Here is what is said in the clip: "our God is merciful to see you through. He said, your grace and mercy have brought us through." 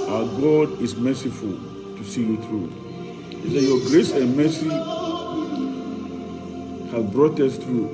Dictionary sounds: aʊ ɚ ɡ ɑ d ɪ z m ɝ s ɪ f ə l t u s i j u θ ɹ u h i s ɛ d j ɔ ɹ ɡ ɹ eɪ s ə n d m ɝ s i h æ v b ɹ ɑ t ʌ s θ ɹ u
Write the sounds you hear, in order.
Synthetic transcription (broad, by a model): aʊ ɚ ɡ ɑ d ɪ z m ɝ s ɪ f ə l t u s i j u θ ɹ u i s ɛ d j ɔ ɡ ɹ eɪ s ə n m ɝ s i h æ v b ɹ ɑ t ʌ s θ ɹ u